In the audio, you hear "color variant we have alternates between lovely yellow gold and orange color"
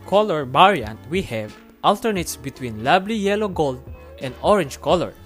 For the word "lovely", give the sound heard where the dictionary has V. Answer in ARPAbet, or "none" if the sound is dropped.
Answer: B